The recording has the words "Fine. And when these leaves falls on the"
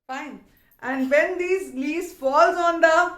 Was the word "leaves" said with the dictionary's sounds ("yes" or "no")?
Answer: no